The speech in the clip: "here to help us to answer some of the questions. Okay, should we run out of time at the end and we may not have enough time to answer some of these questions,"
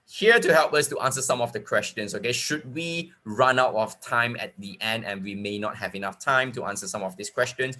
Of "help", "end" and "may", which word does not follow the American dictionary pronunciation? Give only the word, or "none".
none